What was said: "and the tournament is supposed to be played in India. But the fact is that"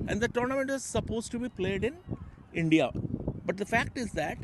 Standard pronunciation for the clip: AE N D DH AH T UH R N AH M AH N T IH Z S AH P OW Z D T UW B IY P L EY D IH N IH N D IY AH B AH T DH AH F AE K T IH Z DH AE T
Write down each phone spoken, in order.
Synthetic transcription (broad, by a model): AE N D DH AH T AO R N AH M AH N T IH Z S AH P OW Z T UW B IY P L EY D IH N IH N D IY AH B AH T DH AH F AE K T IH Z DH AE T